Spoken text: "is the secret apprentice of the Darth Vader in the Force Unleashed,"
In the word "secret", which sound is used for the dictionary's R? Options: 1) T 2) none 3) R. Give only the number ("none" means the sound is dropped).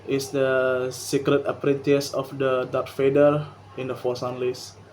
3